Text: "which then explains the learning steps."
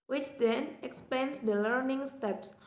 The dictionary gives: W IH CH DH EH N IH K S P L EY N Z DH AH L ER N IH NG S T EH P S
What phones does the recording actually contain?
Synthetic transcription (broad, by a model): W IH CH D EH N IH K S P EY N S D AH L ER N IH NG S T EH P S